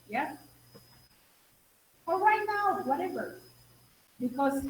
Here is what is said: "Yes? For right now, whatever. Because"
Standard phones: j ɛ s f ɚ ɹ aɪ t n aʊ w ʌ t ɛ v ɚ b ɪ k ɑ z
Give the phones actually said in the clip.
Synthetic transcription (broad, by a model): j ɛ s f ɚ w aɪ n aʊ w ʌ t ɛ v ɚ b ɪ k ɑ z